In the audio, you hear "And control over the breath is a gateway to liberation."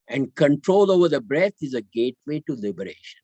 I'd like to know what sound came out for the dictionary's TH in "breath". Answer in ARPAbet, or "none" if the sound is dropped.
T